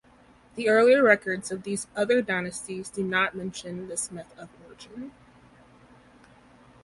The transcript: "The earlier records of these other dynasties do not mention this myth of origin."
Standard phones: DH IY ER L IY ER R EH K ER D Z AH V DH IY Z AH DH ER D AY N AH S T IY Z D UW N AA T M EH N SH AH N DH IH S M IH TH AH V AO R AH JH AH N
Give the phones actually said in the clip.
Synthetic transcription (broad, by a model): DH IY ER L IY ER R EH K ER D Z AH V DH IY Z AH DH ER D AY N AH S T IY Z D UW N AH T M EH N SH AH N DH IH S M IH TH AH V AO R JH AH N